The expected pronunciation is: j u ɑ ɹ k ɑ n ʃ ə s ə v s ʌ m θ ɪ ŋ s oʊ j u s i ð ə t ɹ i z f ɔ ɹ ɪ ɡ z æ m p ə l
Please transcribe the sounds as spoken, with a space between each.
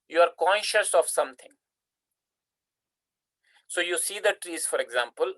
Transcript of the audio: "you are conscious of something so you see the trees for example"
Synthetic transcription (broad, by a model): j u ɑ ɹ k ɑ n ʃ ə s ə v s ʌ m t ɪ ŋ s oʊ j u s i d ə t ɹ i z f ɔ ɹ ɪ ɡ z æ m p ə l